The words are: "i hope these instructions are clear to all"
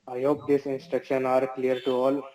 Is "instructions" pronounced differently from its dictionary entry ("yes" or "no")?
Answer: yes